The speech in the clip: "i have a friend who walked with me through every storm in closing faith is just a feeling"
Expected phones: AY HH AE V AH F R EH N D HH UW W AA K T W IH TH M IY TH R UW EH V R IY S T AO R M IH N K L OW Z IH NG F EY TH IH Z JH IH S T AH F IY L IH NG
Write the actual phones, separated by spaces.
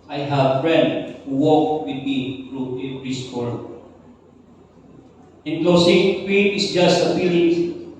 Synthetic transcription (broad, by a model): AY HH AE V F R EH N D HH UW W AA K W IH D M IY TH R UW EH P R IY S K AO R IH N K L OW S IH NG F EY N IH S JH IH S T AH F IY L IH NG